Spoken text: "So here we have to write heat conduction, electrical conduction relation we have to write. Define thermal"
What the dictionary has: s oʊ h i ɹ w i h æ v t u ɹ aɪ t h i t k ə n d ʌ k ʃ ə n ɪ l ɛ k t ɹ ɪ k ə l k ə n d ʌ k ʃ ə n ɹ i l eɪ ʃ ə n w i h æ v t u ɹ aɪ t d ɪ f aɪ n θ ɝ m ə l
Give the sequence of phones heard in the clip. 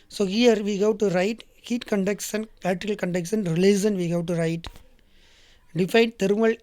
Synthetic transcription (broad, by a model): s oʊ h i ɹ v i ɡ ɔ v t u ɹ aɪ t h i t k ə n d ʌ k s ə n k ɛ t ɪ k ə l k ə n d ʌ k s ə n ɹ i l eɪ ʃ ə n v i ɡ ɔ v t u ɹ aɪ t d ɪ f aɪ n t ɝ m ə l